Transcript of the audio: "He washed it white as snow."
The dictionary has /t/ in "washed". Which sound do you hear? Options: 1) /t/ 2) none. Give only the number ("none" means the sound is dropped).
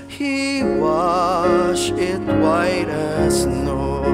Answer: 2